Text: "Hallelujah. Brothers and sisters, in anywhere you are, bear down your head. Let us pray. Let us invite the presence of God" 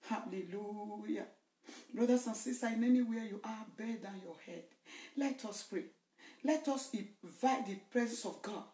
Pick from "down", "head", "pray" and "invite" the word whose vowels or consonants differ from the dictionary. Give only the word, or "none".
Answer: invite